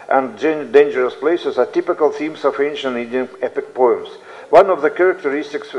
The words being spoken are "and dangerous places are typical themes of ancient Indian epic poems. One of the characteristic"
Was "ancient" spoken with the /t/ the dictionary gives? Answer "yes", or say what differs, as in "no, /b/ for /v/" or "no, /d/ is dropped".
no, /t/ is dropped